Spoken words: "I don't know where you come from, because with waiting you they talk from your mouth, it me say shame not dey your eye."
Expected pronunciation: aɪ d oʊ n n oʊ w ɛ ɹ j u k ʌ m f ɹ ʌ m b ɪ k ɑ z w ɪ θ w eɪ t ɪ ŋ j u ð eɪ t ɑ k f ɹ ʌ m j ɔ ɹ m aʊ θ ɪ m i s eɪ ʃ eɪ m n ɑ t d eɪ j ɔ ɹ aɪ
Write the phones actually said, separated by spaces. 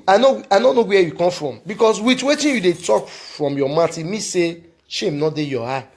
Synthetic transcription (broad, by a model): aɪ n oʊ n n oʊ w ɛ j u k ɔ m f ɹ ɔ m b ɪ k ɑ s w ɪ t w eɪ t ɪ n j u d eɪ t ɑ k f ɹ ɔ m j ɔ m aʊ t ɪ m i s eɪ ʃ eɪ m n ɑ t d eɪ j ɔ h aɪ